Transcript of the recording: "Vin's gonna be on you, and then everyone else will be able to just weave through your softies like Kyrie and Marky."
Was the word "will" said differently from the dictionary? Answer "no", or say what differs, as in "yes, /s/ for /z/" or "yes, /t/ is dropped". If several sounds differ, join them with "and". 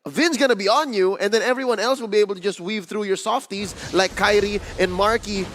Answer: no